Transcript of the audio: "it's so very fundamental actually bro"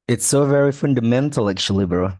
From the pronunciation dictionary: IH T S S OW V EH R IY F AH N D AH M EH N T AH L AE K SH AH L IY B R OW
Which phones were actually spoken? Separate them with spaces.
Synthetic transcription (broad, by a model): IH T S S OW V EH R IY F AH N D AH M EH N T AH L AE K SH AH L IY B R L